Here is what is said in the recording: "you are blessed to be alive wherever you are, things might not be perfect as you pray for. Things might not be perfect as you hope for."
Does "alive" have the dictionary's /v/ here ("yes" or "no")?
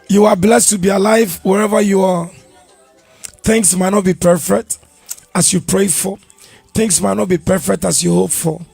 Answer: yes